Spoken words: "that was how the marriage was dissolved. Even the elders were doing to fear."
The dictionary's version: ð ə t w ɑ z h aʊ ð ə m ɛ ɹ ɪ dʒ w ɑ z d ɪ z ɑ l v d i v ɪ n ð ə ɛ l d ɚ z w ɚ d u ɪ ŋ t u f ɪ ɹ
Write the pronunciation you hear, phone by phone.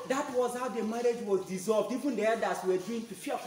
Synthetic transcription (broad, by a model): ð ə t w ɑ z h aʊ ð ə m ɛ ɹ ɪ dʒ w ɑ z d ɪ z ɑ l v d i v ɪ n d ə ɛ d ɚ s w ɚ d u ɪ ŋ t u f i